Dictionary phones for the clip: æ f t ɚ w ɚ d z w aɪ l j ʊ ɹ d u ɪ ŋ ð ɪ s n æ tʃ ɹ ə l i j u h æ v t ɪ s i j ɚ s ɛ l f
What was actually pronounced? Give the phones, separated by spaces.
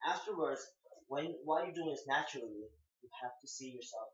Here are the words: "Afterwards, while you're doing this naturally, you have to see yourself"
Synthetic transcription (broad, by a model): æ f t ɚ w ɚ d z w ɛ w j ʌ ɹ d u ɪ ŋ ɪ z n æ tʃ ɹ l i j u h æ f t ɪ s i j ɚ s ɛ l f